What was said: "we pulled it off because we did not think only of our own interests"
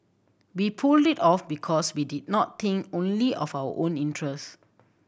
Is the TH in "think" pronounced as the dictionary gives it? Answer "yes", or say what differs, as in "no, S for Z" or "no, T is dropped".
no, T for TH